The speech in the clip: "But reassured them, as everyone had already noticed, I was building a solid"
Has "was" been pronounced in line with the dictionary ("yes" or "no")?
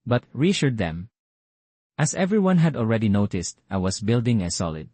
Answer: no